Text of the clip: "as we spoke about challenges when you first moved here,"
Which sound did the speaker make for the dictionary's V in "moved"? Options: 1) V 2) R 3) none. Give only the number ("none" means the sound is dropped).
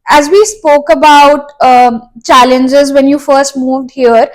1